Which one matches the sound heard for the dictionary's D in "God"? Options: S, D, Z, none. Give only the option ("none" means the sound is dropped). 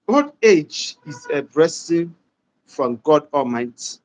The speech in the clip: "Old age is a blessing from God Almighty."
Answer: D